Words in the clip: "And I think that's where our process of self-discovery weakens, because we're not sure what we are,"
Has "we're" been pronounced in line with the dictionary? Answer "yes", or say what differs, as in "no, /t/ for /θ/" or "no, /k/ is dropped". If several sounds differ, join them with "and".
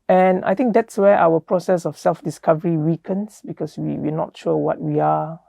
no, /w/ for /ɹ/